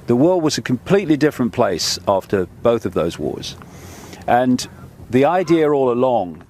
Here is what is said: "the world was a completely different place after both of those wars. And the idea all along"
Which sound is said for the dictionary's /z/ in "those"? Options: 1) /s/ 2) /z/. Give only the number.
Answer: 2